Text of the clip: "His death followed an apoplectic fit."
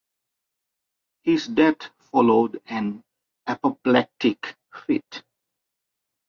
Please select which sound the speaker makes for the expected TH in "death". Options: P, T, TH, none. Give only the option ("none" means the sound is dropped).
T